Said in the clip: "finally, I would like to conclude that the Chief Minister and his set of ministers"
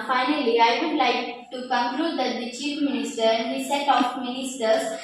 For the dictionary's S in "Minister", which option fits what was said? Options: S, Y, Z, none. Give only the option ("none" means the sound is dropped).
S